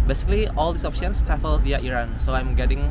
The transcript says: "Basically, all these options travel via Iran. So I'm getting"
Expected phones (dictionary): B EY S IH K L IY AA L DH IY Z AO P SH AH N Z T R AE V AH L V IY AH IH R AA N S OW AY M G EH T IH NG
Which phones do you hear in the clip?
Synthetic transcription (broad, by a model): B EY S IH K L IY AA L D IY S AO P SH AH N S T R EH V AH L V IY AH IH R AA N S OW AY M G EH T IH NG